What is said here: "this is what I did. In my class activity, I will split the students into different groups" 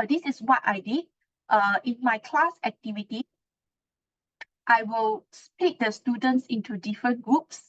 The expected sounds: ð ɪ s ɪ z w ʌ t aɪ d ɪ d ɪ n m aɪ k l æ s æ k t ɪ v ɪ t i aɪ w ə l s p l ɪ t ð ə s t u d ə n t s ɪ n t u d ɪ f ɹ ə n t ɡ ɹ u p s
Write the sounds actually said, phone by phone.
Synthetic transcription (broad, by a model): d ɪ s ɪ s w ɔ t aɪ d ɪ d ɪ n m aɪ k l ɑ s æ k t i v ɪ t i aɪ w ə l s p i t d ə s t u d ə n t s ɪ n t u d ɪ f ɹ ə n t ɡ ɹ u p s